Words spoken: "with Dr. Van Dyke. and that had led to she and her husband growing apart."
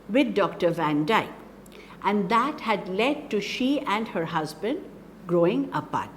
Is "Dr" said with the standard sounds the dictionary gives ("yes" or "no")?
yes